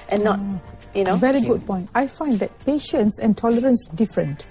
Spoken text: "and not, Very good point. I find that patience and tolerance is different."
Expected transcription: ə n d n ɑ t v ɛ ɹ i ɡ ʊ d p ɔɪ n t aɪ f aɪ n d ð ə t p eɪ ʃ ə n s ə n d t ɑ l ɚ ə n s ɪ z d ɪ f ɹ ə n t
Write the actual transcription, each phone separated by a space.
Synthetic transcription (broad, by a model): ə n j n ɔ v ɛ ɹ i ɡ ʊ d p ɔɪ n t aɪ f aɪ n d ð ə t p eɪ ʃ ə n s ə n t ɑ l ɚ ə n s d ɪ f ɹ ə n t